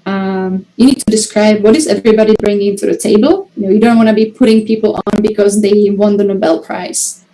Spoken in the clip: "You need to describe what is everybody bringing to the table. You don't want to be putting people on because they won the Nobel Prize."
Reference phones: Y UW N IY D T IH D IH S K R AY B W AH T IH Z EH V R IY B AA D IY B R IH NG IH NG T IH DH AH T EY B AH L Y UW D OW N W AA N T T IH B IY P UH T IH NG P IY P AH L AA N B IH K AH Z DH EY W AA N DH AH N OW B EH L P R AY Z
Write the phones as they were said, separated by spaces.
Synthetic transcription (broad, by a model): Y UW N IY D T IH D IH S K R AY B W AH T IH Z EH V R IY B AA D IY B R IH NG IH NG T IH DH AH T EY B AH L Y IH D OW N W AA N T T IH B IY P UH T IH NG P IY P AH L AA N B IH K AH Z DH EY W AA N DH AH N OW B EH L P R AY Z